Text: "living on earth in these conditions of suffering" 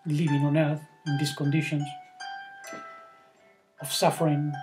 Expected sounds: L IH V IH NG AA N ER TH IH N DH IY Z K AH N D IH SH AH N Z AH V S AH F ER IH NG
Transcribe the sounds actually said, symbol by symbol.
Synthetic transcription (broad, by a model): L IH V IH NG AA N ER TH IH N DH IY S K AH N D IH SH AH N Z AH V S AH F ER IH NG